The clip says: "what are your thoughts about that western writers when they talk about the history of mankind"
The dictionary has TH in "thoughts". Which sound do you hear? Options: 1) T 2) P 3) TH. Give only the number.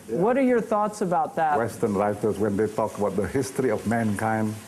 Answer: 3